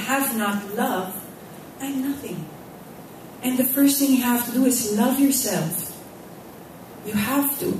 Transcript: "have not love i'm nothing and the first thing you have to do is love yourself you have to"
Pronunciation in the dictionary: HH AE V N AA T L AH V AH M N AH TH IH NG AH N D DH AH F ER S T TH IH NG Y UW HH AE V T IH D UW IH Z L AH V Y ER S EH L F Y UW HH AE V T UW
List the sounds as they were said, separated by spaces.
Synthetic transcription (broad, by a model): HH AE V N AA T L AH V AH N AH TH IH NG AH N DH AH F ER S T TH IH NG Y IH HH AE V T IH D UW IH Z L AH V Y ER S EH L F Y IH HH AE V T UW